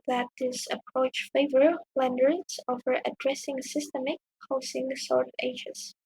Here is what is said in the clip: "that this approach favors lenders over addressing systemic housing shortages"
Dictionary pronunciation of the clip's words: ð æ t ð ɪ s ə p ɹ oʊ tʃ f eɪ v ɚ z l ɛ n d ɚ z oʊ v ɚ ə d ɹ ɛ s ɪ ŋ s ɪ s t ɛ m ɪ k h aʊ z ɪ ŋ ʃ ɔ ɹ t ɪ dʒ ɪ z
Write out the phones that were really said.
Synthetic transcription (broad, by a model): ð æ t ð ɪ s ə p ɹ oʊ tʃ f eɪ v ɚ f l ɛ n d ɚ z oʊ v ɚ ə d ɹ ɛ s ɪ ŋ s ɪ s t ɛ m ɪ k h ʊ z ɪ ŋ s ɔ ɹ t ɪ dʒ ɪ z